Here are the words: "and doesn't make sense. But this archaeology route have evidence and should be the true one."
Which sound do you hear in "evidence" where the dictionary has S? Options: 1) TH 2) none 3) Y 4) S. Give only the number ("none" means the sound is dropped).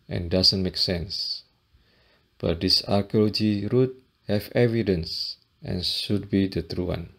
4